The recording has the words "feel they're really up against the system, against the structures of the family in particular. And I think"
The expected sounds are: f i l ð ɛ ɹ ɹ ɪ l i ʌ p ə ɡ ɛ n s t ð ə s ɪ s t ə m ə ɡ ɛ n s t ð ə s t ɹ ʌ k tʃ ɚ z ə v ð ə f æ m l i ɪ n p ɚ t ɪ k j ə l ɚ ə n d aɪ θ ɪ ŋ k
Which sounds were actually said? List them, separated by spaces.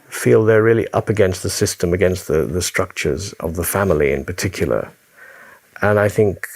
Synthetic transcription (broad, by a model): f i l ð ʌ ɹ ɹ ɪ l i ʌ p ə ɡ ɛ n s t ð ə s ɪ s t ə m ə ɡ ɛ n s t ð ə s t ɹ ʌ k tʃ ɚ z ə v ð ə f æ m l i ɪ n p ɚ t ɪ k j l ɚ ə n aɪ θ ɪ ŋ k